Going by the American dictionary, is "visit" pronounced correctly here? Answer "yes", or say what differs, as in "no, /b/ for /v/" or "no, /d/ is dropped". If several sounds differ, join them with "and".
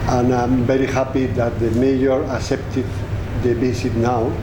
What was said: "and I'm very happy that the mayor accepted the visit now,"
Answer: no, /b/ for /v/